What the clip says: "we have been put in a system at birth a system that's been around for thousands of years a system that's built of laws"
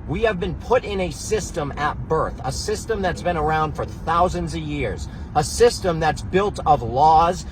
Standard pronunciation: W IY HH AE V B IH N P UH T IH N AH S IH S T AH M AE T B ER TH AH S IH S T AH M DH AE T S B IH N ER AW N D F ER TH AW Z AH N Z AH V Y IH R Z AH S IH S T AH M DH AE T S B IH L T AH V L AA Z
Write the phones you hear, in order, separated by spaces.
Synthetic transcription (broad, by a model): W IY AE V B IH N P UH T IH N AH S IH S T AH M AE T B ER TH AH S IH S T AH M DH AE T S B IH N ER AW N D F ER TH AW Z AH N Z AH V Y IH R Z AH S IH S T AH M DH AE T S B IH L T AH V L AA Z